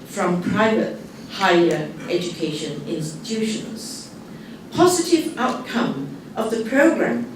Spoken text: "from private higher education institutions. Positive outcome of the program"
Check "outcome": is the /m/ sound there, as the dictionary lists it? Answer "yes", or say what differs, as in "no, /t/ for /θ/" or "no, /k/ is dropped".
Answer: yes